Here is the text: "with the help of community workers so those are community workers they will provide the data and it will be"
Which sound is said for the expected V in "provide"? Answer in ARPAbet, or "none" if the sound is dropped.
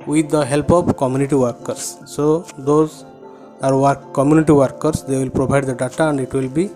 B